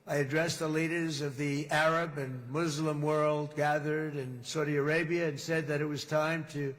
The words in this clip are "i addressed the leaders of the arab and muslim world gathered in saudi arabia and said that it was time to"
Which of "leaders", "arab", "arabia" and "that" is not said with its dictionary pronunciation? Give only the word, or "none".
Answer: none